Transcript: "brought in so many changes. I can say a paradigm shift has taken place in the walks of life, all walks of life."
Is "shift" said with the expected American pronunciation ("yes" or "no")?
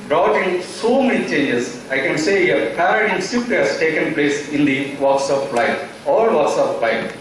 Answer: no